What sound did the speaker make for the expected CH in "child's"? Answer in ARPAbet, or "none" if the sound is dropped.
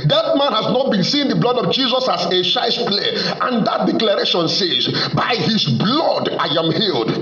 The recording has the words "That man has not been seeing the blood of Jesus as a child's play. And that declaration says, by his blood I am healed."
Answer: SH